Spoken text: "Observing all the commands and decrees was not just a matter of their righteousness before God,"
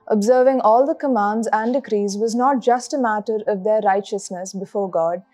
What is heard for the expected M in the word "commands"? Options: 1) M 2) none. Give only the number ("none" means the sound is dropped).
1